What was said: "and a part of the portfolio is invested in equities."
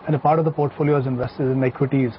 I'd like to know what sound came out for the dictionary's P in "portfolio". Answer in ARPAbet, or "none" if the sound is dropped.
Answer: P